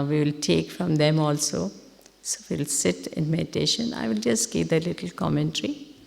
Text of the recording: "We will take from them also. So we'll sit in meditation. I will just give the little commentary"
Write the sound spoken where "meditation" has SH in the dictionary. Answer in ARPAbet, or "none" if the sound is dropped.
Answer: SH